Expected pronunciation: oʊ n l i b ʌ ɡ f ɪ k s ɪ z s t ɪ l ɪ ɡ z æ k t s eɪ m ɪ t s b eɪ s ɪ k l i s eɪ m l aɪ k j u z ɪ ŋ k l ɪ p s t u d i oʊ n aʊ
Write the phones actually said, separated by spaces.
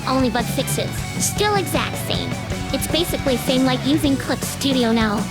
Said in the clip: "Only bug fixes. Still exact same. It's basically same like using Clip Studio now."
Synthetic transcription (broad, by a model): oʊ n l i b ʌ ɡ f ɪ k s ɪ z s t ɪ l ɪ ɡ z æ k t s eɪ m ɪ t s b eɪ s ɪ k l i s eɪ m l aɪ k j u z ɪ ŋ k l ɪ p s t u d i oʊ n aʊ